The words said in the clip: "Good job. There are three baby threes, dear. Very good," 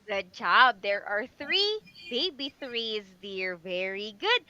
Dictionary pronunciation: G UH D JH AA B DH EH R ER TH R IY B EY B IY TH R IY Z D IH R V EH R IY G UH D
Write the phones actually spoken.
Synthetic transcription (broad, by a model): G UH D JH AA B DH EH R ER TH R IY B EY B IY TH R IY Z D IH R V EH R IY G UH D